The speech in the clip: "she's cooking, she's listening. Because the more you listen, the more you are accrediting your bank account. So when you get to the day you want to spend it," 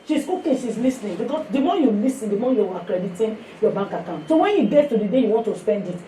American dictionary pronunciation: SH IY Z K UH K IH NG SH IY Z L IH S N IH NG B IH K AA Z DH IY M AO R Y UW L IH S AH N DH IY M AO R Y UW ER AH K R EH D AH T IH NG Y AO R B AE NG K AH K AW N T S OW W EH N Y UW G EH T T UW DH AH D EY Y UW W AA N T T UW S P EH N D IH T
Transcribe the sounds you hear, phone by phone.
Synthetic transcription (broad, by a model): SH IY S K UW K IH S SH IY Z L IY S N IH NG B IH K AA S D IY M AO Y UW L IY S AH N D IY M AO Y UW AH K R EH D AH T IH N Y AO B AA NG K AH K AW N T S OW W EH N Y UW G EH T T UW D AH D EY Y UW W AA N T T UW S P EH N D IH T